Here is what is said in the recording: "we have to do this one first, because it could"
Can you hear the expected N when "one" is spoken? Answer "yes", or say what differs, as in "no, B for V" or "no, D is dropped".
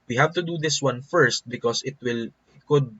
yes